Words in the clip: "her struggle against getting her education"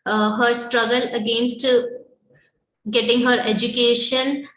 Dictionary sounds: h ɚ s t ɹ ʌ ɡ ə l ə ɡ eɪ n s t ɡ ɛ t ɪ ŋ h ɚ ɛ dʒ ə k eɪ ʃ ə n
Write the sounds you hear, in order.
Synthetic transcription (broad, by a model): h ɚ s t ɹ ʌ ɡ ə l ə ɡ eɪ n s t ɡ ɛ t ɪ ŋ h ɚ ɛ dʒ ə k eɪ ʃ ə n